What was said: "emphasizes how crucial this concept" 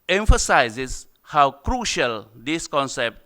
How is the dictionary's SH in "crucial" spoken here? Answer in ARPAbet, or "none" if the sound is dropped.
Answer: SH